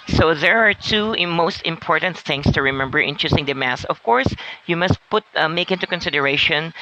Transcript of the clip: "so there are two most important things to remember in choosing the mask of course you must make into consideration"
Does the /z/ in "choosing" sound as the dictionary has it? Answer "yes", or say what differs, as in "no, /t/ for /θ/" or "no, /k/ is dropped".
no, /s/ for /z/